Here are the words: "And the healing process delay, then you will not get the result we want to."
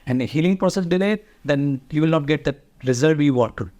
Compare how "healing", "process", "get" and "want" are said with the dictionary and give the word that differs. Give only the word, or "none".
want